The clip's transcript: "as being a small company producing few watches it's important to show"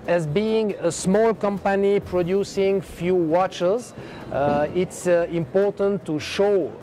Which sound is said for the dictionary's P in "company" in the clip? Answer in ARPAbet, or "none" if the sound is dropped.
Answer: P